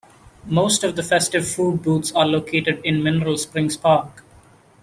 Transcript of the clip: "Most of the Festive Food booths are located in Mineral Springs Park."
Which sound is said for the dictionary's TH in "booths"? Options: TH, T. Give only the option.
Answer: T